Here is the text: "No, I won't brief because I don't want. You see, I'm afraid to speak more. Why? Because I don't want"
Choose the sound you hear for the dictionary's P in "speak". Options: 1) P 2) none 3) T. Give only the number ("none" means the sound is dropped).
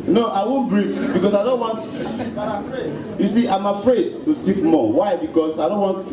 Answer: 2